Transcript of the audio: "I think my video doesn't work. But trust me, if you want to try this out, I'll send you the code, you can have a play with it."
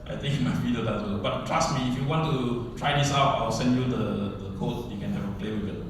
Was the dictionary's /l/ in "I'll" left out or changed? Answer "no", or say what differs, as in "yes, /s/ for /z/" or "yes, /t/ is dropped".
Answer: yes, /w/ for /l/